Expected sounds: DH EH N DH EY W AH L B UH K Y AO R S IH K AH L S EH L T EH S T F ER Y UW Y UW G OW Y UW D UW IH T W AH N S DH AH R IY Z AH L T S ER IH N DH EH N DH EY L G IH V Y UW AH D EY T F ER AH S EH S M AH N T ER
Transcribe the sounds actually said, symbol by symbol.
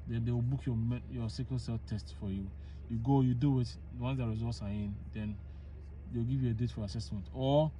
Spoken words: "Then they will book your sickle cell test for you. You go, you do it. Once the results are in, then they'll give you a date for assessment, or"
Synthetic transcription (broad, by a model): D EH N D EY W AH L B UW K Y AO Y S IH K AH N S EH L T EH S T F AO Y UW Y UW G OW Y UW D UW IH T W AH N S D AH R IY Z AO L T S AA IH N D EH N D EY W G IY V Y UW AH D EY T F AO AH S EH S M AH N T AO